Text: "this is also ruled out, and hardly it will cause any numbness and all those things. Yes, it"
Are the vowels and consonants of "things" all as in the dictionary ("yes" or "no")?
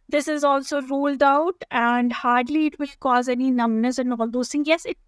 no